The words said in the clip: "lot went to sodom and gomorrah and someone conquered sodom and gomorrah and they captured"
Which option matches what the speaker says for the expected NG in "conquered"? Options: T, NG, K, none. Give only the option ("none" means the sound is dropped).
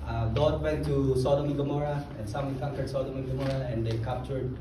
none